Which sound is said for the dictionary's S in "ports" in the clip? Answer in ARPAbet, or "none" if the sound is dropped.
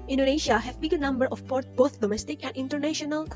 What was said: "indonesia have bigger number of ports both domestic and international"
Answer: none